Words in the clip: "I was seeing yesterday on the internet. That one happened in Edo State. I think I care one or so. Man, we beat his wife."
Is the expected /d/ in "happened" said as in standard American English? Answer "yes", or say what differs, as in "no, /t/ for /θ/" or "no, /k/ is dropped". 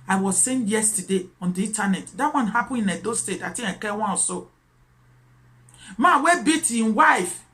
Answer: no, /d/ is dropped